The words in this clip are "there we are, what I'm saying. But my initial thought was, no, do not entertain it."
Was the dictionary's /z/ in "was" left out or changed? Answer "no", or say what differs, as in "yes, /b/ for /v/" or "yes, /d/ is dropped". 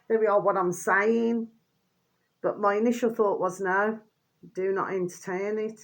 no